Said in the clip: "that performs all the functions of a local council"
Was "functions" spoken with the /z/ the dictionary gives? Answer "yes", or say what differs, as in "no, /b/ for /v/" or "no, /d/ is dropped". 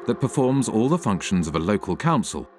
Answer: yes